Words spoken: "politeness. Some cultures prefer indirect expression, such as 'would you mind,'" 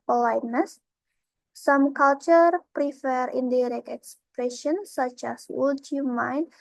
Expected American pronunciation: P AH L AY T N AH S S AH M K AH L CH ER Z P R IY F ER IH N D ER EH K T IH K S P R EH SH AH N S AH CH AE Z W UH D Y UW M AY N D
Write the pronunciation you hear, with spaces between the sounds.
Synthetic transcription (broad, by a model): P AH L AY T N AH S S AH M K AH L CH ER P R IY F ER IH N D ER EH K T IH K S P R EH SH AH N S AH CH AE S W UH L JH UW M AY N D